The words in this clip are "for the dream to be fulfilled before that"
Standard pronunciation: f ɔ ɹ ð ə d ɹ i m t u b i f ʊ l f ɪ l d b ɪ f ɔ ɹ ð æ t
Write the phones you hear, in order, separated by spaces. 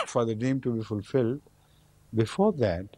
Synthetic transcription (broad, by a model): f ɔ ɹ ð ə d ɛ m t u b i f ʊ l f ɪ l d b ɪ f ɔ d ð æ t